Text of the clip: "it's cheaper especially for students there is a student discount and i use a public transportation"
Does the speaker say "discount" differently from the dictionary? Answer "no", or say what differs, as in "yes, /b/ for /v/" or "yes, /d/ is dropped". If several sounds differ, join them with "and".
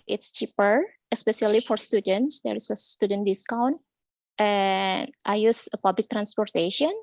no